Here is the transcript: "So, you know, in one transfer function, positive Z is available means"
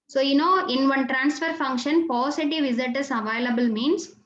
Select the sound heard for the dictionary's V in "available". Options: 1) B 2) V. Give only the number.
2